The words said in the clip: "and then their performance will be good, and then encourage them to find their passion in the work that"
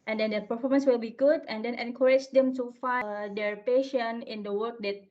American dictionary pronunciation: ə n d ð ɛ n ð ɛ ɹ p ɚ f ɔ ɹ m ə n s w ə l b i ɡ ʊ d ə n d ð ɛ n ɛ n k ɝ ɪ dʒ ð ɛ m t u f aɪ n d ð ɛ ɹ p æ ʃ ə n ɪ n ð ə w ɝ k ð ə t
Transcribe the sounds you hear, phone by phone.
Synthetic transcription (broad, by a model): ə n d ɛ n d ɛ p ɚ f ɔ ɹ m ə n s w ə l b i ɡ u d ə n d ɛ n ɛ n k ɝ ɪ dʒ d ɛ m t u f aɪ d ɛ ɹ p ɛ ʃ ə n ɪ n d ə w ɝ k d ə t